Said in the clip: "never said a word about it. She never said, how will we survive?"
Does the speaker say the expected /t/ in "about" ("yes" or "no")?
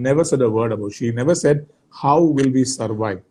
no